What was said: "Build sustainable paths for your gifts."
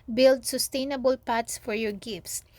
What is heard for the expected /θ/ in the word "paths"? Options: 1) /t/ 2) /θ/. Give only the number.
1